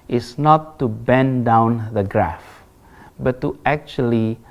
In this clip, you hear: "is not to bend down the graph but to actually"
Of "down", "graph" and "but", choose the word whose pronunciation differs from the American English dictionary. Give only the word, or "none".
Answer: none